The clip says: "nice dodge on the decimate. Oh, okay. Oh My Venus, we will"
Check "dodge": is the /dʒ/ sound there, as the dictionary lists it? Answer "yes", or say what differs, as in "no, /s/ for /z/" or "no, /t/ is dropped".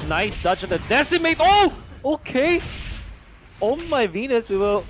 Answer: no, /tʃ/ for /dʒ/